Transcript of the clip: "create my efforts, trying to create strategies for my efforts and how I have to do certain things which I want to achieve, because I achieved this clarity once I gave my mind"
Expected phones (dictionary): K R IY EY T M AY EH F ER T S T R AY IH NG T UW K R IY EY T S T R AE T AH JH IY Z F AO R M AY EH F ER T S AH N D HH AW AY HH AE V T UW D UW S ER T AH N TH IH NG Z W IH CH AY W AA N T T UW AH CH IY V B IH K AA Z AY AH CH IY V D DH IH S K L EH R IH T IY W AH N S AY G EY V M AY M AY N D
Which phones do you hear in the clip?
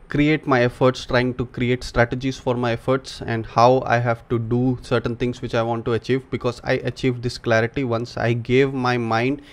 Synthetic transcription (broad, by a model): K R IY EY T M AY EH F ER T S T R AY IH NG T UW K R IY EY T S T R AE T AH JH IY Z F AO R M AY EH F ER T S AH N D HH AW AY HH AE V T UW D UW S ER T AH N T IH NG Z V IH CH AY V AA N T T UW AH CH IY V B IH K AA Z AY AH CH IY V D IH S K L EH R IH T IY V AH N S AY G EY V M AY M AY N D